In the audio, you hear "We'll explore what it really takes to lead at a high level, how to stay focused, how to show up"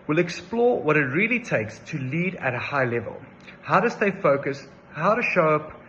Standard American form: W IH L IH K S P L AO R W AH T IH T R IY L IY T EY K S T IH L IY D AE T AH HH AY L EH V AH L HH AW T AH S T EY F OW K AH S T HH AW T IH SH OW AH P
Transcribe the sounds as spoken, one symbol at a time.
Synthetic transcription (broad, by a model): W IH L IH K S P L AO W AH T IH T R IY L IY T EY K S T IH L IY D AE T AH HH AY L EH V AH L HH AW T AH S T EY F OW K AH S HH AW T IH SH OW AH P